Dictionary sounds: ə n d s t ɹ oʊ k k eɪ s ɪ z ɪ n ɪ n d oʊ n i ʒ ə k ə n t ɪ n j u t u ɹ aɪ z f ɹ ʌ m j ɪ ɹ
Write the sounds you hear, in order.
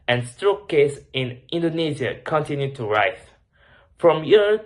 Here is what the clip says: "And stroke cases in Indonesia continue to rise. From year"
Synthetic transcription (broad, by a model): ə n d s t ɹ oʊ k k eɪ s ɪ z ɪ n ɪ n d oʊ n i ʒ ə k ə n t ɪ n j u t u ɹ aɪ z f ɹ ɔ m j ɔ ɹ